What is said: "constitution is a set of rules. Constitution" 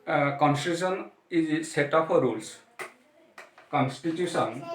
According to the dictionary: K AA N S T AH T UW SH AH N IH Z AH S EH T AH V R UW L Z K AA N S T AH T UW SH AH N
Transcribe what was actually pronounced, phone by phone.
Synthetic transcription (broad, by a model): K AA N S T T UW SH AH N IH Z S EH T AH P R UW L S K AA N S T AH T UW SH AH N